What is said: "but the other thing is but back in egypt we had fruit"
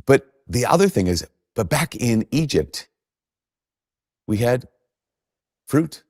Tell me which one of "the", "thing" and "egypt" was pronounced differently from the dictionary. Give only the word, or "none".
none